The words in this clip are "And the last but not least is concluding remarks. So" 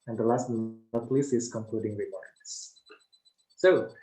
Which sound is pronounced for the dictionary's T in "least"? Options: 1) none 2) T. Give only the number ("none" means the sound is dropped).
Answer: 1